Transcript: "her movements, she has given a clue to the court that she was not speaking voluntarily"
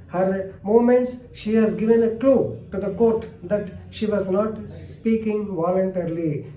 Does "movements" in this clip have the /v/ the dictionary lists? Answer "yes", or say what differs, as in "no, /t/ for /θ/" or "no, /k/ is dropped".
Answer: no, /v/ is dropped